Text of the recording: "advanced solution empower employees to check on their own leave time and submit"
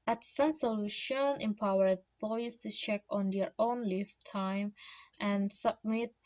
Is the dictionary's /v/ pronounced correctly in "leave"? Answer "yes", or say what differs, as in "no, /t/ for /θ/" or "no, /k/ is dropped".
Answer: no, /f/ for /v/